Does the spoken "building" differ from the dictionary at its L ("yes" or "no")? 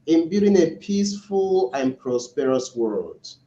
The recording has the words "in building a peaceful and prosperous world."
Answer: yes